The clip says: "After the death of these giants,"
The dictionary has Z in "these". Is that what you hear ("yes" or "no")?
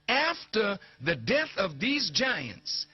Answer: yes